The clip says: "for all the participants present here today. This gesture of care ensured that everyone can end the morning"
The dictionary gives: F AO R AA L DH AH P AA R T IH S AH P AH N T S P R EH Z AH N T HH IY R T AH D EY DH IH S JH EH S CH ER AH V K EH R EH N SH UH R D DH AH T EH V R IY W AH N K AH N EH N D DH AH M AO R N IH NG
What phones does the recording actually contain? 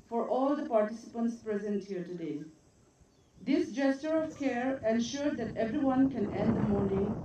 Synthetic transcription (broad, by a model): F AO R AA L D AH P AA R T IH S AH P AH N T S P R EH Z AH N T HH IY R T AH D EY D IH S JH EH S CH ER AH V K EH R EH N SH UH R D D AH T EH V R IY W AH N K AH N EH N D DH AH M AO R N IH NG